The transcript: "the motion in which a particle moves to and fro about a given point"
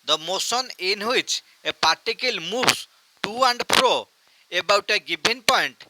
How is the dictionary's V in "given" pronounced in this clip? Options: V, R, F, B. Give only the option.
B